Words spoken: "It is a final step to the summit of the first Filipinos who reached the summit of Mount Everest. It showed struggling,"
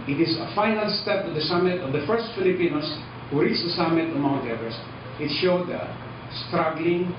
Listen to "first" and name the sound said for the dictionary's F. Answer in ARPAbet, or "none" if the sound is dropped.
F